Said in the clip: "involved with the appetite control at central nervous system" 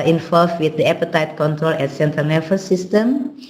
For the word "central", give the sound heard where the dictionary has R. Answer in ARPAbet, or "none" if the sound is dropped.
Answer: none